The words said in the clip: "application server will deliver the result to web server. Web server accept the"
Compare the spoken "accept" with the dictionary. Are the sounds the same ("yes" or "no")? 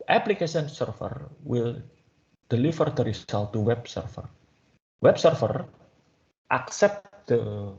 yes